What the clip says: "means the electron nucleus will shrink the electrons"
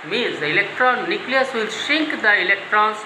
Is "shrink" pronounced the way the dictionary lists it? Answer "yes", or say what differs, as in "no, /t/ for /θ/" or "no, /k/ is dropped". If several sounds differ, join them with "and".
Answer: no, /ɹ/ is dropped